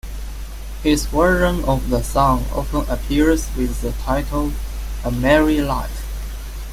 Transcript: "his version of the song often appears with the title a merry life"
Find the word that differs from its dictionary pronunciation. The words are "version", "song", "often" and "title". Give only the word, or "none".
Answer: version